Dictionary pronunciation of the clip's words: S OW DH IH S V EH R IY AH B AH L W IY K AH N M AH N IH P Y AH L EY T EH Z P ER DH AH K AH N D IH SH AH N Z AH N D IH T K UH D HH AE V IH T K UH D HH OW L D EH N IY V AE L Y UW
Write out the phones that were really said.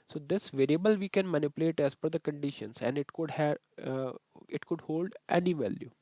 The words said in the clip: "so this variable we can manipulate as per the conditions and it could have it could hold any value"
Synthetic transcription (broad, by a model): S OW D IH S V EH R IY AH B AH L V IY K AH N M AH N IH P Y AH L EY T EH Z F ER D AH K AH N D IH SH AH N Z AH N D IH T K UH D HH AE IH T K UH D HH OW L D EH N IY V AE L Y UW